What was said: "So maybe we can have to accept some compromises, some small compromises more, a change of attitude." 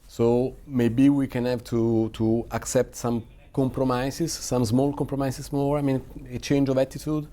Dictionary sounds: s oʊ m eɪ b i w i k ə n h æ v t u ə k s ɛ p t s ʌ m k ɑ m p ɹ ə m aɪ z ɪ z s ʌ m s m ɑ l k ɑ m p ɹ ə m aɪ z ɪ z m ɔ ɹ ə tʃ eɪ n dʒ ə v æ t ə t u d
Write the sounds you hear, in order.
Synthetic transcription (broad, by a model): s oʊ m eɪ b i w i k ə n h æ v t u ə k s ɛ p t s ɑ m k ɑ m p ɹ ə m aɪ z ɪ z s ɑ m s m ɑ l k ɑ m p ɹ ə m aɪ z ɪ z m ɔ ɹ ə tʃ eɪ n dʒ ə v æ t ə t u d